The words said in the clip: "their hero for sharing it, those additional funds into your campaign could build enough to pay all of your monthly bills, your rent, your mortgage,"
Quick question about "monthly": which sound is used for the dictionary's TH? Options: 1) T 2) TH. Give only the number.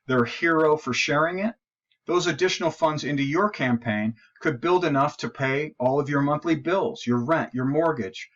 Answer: 2